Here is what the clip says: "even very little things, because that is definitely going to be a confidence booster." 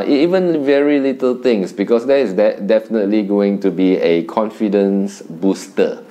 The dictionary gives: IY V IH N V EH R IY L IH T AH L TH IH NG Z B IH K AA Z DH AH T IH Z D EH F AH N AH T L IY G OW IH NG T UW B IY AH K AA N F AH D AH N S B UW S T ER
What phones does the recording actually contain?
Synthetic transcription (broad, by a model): IY V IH N V EH R IY L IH T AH L T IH NG S B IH K AA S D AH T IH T D EH F AH N AH T L IY G OW IH NG T UW B IY AH K AA N F AH D AH N S B UW S T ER